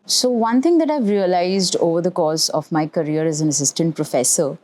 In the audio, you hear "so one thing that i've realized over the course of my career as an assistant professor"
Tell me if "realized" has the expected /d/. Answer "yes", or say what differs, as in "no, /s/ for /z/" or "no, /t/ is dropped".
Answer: yes